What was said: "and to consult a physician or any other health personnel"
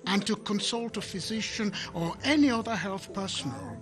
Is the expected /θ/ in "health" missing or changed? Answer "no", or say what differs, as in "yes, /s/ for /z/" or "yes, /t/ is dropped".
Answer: no